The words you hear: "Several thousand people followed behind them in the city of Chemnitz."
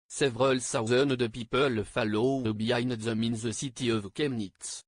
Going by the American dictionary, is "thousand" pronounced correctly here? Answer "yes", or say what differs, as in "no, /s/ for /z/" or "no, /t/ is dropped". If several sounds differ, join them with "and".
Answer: no, /s/ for /θ/